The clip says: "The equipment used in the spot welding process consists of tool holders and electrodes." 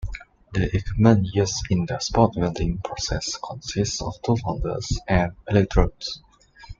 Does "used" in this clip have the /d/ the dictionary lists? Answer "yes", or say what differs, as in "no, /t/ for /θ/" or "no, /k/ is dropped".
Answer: no, /d/ is dropped